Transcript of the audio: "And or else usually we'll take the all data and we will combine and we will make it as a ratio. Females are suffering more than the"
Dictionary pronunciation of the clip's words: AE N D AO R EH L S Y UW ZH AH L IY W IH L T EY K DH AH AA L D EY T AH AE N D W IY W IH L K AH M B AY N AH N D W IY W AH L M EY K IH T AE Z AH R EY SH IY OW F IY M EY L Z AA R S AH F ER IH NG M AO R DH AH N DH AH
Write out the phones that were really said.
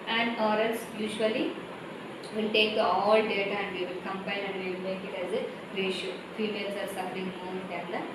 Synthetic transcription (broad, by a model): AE N D AO R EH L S Y UW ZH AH L IY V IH L T EY K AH AA L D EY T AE N D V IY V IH L K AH M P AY L AH N D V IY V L M EY K IH T AE Z AH R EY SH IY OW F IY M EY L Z AA R S AH F ER IH NG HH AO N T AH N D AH